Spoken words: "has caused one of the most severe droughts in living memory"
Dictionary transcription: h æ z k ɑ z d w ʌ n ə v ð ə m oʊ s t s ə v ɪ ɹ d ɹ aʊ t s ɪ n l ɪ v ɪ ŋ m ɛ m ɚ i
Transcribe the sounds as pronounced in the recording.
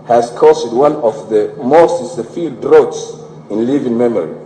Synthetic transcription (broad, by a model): h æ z k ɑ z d w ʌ n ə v ð ə m oʊ s t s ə f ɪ l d ɹ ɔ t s ɪ n l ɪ v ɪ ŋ m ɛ m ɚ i